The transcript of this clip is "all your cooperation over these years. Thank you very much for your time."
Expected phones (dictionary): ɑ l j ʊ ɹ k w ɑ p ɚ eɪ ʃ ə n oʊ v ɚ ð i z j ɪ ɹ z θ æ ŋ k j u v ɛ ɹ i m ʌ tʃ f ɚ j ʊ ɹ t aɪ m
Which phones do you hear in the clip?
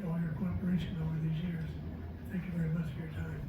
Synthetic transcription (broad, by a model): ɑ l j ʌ ɹ k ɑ p ɚ eɪ ʃ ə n oʊ v ɚ ð i z j ɪ ɹ z θ æ ŋ k j u v ɛ ɹ i m ʌ tʃ f ɚ j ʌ ɹ t aɪ m